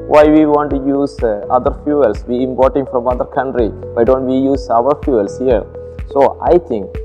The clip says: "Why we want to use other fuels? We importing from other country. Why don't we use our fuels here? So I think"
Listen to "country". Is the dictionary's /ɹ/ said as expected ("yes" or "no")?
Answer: yes